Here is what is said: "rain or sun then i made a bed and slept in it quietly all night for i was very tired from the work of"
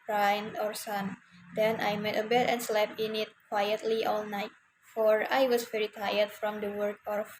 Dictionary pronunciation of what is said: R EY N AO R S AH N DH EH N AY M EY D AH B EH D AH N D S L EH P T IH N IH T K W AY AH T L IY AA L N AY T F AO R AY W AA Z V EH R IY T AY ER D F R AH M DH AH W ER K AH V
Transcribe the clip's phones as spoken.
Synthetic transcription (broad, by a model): R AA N AO R S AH N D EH N AY M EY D AH B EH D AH N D S L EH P IH N IH T K W AY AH T L IY AA L N AY T F AO R AY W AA S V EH R IY T AY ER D F R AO M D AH W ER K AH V